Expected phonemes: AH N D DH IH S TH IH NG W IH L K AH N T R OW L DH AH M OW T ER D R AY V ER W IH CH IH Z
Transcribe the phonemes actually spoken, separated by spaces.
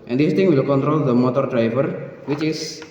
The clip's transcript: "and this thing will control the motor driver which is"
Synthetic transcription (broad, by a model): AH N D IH S T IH NG W IH L K AH N T R OW L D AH M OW T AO D R AY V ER W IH CH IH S